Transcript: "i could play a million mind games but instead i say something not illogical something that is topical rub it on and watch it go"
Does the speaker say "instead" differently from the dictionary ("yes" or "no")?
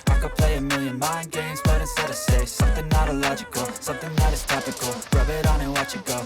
yes